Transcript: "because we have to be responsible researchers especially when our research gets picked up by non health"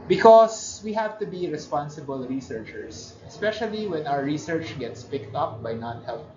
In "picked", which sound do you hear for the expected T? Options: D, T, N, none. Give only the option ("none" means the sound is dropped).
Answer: T